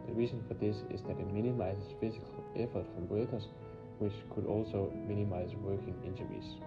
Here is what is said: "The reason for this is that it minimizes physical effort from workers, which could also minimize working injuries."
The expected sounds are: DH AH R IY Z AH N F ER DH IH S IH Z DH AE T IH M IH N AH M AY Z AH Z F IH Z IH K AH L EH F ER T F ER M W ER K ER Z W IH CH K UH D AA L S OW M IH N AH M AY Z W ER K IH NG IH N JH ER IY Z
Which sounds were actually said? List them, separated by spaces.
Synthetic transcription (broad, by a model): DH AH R IY S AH N F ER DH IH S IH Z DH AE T IH M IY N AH M AY S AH S F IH S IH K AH L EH F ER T F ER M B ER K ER S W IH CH K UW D AA L S OW M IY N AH M AY S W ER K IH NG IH N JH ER IY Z